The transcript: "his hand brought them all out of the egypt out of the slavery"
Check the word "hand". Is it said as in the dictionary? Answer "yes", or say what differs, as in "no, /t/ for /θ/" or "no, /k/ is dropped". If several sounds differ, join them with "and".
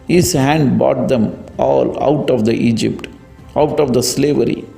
yes